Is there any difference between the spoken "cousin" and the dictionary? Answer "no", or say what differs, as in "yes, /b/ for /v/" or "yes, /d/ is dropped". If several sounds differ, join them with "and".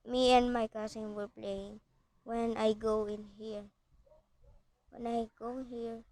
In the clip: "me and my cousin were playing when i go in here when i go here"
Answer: yes, /s/ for /z/